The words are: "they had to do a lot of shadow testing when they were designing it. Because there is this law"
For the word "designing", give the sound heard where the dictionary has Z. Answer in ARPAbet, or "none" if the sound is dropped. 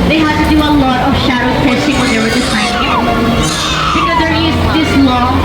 S